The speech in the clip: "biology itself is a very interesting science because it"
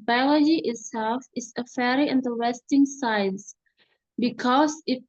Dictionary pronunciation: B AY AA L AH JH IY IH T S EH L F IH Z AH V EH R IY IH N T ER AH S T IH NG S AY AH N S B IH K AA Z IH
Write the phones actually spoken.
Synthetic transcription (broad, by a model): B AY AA L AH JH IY IH T S EH L F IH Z AH F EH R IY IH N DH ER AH S T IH NG S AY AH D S B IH K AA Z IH